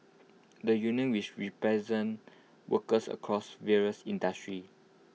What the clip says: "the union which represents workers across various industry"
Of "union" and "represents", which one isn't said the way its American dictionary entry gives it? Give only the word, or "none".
represents